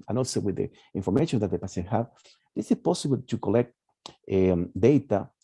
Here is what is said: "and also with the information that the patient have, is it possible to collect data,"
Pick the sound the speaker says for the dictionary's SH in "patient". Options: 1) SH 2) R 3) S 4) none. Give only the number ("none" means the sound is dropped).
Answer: 3